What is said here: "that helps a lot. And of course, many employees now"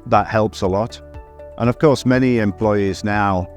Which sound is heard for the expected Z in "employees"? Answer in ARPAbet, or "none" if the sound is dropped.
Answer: Z